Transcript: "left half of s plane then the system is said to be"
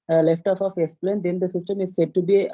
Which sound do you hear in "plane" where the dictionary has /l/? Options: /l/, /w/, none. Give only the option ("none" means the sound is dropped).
/l/